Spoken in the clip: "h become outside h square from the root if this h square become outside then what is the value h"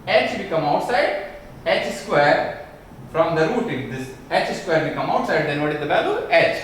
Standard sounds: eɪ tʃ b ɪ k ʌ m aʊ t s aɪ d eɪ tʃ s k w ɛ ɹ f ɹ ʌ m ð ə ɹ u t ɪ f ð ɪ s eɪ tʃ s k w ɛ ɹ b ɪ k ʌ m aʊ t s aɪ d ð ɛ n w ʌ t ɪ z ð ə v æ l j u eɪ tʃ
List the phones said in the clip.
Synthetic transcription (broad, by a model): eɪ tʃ b ɪ k ʌ m aʊ t s aɪ d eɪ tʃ s k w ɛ ɹ f ɹ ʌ m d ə ɹ u t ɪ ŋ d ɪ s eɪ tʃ s k w ɛ ɹ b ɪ k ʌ m aʊ t s aɪ d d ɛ n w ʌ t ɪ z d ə b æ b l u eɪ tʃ